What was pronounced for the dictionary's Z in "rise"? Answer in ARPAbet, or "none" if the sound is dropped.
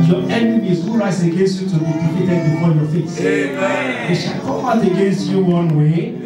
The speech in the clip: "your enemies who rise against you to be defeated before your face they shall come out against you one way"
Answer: S